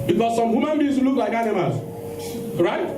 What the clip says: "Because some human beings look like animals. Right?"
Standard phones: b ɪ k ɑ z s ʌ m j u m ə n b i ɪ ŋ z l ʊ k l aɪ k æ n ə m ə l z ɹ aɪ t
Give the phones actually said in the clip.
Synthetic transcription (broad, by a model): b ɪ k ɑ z s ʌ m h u m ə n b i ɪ l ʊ k l aɪ k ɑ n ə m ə z ɹ aɪ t